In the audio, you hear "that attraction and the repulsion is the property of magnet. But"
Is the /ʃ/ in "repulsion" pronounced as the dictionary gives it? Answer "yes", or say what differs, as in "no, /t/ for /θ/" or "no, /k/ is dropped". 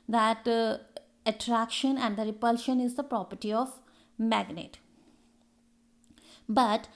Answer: yes